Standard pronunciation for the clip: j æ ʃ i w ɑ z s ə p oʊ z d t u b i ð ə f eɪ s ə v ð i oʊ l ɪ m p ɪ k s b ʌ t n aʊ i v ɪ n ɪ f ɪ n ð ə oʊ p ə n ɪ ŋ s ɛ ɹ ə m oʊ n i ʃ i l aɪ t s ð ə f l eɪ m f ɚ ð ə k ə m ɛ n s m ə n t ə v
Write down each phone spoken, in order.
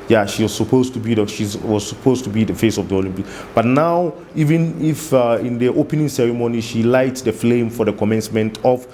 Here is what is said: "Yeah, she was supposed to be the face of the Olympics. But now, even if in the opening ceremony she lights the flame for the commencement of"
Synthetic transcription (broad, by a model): j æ ʃ i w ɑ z s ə p oʊ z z t u b i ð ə f eɪ s ə v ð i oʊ l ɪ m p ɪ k b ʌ t n aʊ i v ɪ n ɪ f ɪ n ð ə oʊ p ə n ɪ ŋ s ɛ ɹ ə m oʊ n i ʃ i l aɪ t s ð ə f l eɪ m f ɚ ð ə k ə m ɛ n s m ə n t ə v